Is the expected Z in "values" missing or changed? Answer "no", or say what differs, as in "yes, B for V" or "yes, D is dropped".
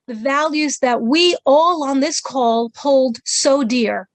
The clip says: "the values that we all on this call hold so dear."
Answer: no